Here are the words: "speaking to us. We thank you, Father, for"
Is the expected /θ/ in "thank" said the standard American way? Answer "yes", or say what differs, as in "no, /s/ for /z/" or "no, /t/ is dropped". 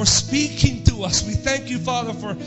yes